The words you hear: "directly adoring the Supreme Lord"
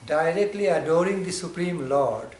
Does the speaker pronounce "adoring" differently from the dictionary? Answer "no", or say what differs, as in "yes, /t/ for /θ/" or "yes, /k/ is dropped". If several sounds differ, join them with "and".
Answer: no